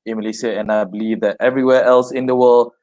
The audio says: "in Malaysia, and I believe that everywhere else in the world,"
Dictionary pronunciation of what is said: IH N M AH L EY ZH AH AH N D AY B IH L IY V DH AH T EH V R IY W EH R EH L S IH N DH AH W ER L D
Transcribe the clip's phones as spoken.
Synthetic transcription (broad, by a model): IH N M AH L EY S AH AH N AY B IH L IY V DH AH T EH V R IY W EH EH L S IH N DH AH W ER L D